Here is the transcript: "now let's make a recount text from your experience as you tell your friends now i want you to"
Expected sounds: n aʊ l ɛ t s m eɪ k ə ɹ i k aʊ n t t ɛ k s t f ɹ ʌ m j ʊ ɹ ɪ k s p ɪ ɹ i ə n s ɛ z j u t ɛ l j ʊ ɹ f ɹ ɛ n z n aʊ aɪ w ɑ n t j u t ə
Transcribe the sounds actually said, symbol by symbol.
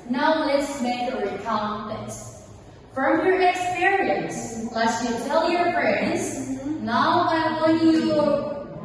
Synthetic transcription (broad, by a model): n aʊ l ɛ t s m eɪ k ə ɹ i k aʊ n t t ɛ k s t f ɹ ʌ m j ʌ ɹ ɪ k s p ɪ ɹ i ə n s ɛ s j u t ɛ l j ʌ ɹ f ɹ ɛ n z n aʊ aɪ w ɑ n j u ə